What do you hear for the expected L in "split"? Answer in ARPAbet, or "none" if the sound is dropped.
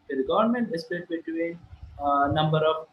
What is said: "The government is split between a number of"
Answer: none